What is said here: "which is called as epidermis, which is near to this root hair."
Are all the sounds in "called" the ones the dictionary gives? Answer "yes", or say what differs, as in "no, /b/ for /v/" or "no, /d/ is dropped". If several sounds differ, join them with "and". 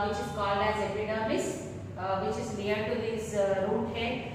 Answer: no, /d/ is dropped